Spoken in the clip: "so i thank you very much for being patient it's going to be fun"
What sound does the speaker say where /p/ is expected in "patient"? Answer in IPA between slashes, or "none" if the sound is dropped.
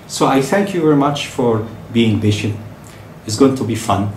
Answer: /b/